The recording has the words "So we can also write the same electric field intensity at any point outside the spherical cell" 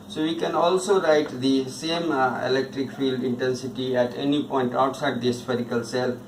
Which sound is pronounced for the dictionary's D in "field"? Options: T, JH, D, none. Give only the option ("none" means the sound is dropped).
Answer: D